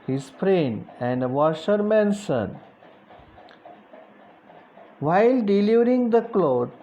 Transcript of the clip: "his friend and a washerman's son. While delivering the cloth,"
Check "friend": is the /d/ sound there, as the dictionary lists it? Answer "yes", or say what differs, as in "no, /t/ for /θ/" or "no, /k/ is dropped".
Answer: no, /d/ is dropped